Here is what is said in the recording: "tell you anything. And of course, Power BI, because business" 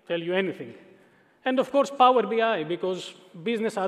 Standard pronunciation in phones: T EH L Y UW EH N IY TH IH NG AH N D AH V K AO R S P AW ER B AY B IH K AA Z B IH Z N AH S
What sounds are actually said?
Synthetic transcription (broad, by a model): T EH L Y UW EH N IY T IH NG AH N D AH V K AO R S P AW ER B AY B IH K AA Z B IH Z N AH S